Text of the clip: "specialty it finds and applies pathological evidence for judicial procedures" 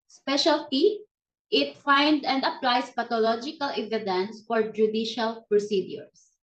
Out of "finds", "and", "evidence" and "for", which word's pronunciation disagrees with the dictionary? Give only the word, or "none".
finds